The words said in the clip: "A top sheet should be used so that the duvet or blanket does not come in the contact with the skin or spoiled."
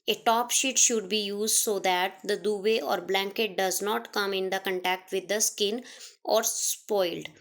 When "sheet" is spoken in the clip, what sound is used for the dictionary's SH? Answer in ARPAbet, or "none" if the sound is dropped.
SH